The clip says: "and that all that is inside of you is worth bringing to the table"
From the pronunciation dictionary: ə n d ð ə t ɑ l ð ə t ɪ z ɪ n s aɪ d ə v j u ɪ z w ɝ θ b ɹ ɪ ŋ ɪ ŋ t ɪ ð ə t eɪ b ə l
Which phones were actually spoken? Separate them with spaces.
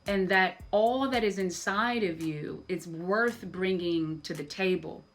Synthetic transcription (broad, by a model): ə n ð ə t ɑ l ð ə t ɪ z ɪ n s aɪ d ə v j u ɪ z w ɝ θ b ɹ ɪ ŋ ɪ ŋ t ɪ ð ə t eɪ b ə l